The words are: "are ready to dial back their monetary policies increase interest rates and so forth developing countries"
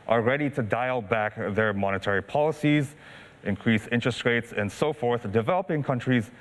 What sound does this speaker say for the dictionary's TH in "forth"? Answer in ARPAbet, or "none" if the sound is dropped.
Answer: TH